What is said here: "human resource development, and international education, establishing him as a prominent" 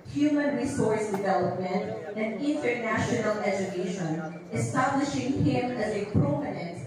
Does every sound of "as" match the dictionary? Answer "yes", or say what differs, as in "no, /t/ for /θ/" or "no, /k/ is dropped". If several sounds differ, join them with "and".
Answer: yes